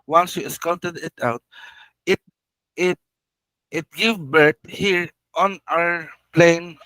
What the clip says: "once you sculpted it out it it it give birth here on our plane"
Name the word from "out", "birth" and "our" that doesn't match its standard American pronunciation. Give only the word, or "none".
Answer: birth